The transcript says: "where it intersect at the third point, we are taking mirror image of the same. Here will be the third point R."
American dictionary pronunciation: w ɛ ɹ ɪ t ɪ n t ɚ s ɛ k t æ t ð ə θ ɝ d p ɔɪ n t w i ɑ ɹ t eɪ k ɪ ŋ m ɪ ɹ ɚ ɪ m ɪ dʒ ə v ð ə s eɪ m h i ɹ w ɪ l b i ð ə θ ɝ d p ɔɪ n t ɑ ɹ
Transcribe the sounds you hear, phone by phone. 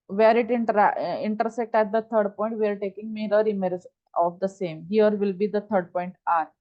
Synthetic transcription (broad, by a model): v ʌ ɹ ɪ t ɪ n t ɚ s ɛ k t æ t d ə t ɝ d p ɔɪ n t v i ɑ ɹ t eɪ k ɪ ŋ m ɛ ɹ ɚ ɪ m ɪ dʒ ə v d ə s eɪ m h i ɹ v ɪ l b i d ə t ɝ d p ɔɪ n t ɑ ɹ